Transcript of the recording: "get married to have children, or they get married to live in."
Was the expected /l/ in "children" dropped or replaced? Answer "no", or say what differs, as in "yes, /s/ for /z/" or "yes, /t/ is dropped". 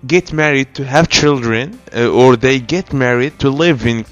no